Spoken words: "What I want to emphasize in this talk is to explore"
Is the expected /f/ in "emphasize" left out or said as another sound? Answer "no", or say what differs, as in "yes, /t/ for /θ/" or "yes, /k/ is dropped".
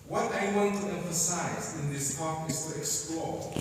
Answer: no